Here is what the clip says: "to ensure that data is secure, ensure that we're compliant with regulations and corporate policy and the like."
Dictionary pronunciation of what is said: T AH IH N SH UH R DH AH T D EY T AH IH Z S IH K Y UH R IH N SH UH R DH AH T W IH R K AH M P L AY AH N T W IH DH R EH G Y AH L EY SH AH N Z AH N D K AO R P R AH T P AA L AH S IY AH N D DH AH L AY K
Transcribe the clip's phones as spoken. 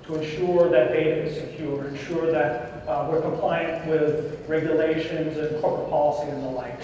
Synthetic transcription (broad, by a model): T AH IH N SH UH R DH AH T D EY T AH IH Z S IH K Y UH R IH N SH UH R DH AH T W IH R K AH M P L AY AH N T W IH DH R EH G Y AH L EY SH AH N Z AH N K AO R P R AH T P AA L AH S IY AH N DH AH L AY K